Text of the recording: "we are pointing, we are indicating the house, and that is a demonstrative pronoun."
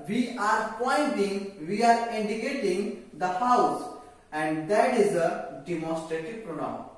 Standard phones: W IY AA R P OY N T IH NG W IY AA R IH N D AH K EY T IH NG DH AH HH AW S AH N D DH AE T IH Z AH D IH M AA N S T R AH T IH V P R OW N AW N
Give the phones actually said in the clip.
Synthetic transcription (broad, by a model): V IY AA R P OY N T IH NG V IY AA R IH N D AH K EY T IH NG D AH HH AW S AH N D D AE T IH Z AH D IH M AA N S T R AH T IH V P R OW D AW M